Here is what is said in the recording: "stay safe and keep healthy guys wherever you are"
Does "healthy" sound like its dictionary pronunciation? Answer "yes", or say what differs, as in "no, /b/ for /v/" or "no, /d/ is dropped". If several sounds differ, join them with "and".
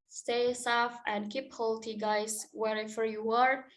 no, /t/ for /θ/